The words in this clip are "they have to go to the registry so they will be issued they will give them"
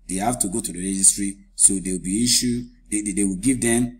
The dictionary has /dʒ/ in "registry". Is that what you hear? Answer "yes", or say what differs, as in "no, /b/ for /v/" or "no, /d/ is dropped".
yes